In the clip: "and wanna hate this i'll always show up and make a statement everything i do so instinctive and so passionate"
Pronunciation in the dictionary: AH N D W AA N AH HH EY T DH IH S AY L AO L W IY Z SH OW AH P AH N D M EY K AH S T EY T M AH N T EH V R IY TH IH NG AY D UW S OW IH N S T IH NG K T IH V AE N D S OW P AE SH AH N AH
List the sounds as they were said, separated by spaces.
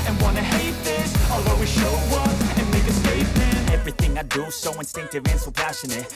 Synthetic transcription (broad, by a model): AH N W AA N AH HH EY T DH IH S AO L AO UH W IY SH OW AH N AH N M EY K AH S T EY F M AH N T EH V R IY TH IH NG AY D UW S OW IH N S T IH NG K T IH V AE N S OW P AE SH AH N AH